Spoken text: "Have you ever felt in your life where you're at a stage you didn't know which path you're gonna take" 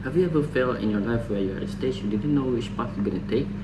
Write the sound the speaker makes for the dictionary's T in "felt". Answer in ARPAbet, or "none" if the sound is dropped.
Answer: none